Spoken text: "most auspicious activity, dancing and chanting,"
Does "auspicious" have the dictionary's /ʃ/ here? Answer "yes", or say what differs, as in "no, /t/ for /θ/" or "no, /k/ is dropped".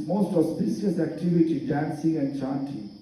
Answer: no, /s/ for /ʃ/